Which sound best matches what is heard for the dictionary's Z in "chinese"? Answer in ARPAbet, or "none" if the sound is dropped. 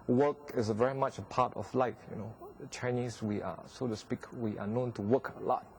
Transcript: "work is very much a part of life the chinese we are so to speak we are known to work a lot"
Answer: S